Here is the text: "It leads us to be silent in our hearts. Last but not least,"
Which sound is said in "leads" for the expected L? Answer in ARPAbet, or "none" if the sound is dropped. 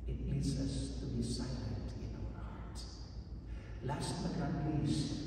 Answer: N